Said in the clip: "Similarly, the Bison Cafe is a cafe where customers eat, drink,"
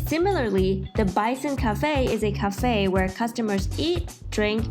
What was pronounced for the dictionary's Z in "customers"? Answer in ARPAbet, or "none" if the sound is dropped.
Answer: Z